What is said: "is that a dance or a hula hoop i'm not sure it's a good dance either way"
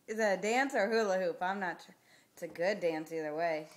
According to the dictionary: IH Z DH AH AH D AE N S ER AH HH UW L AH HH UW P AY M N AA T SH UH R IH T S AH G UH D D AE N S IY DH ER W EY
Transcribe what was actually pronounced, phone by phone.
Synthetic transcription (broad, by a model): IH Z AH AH D AE N S ER HH UW L AH HH UW P AY M N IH T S AH G UH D D AE N S IY DH ER W EY